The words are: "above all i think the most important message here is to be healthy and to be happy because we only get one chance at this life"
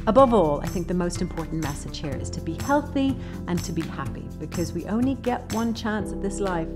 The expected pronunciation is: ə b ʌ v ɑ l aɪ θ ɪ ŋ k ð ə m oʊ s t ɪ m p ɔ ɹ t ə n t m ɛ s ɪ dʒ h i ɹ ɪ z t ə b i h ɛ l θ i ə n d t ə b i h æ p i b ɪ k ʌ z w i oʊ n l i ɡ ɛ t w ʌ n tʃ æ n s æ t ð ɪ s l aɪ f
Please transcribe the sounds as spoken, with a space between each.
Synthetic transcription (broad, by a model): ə b ʌ v ɑ l aɪ θ ɪ ŋ k ð ə m oʊ s t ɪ m p ɔ ɹ t n m ɛ s ɪ dʒ h i ɹ ɪ z t ə b i h ɛ l θ i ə n t ə b i h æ p i b ɪ k ʌ z w i oʊ n l i ɡ ɛ t w ʌ n tʃ æ n s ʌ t ð ɪ s l aɪ f